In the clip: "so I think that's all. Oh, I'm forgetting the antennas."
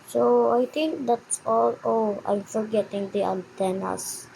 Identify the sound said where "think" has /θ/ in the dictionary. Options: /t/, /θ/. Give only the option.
/t/